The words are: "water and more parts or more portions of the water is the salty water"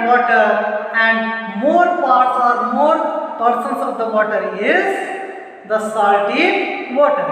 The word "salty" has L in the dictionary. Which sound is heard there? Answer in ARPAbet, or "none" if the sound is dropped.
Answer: none